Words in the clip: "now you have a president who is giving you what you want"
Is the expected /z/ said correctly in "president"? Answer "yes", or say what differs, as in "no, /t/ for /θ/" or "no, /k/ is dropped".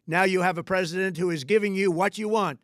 yes